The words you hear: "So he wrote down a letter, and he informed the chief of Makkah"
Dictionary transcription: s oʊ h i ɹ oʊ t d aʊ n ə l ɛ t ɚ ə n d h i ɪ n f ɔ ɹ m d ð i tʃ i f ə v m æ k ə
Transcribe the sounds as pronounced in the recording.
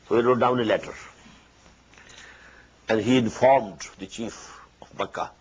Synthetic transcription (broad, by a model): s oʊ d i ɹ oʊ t d aʊ n ə l ɛ t ɚ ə n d h i ɪ n f ɔ ɹ m d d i tʃ i f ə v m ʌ k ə